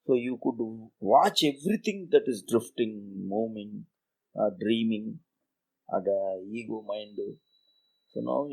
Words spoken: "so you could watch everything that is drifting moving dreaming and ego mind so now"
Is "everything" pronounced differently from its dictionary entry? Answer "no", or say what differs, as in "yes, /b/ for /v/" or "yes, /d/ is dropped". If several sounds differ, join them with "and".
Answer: yes, /t/ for /θ/